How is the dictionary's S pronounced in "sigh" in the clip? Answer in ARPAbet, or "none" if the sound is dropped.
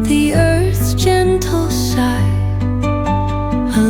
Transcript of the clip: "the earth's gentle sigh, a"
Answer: SH